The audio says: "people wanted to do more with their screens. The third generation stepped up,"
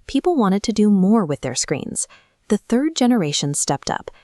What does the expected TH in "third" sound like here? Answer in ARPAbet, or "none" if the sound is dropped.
TH